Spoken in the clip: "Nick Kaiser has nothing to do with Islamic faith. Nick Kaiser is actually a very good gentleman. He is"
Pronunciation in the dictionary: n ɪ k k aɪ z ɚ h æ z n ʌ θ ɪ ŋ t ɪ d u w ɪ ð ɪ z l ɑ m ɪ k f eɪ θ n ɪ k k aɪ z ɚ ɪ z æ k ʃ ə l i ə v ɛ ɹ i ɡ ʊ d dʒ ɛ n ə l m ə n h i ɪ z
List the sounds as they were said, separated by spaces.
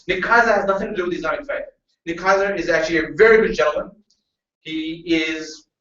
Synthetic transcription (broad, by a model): n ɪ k k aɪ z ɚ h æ z n ʌ θ ɪ ŋ t ɪ d u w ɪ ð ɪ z ɑ ɪ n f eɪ t n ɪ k k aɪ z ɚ ɪ z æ k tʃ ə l i ə v ɛ ɹ i ɡ ʊ d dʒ ɛ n l m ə n h i ɪ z